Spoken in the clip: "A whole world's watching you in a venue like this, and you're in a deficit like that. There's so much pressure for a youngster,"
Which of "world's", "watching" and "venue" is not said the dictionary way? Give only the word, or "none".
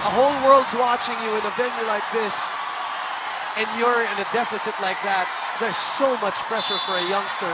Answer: none